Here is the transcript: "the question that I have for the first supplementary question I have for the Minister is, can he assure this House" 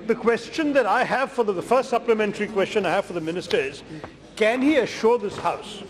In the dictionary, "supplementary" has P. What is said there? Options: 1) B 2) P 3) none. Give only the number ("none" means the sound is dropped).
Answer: 2